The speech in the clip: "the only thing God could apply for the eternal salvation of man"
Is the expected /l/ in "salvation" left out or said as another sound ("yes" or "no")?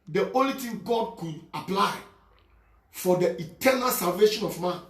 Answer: no